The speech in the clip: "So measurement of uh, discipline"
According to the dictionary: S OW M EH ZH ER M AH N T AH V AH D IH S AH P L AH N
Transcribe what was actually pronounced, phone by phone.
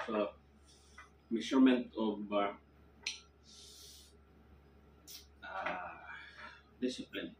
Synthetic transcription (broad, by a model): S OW M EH S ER M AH N T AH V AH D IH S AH P L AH N